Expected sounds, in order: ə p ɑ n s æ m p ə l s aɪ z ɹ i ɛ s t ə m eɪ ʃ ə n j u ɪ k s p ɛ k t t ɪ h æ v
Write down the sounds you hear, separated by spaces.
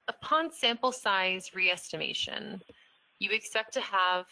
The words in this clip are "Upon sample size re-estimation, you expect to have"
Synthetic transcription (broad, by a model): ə p ɑ n s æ m p l s aɪ z ɹ i ɛ s t ə m eɪ ʃ ə n j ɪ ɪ k s p ɛ k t t ɪ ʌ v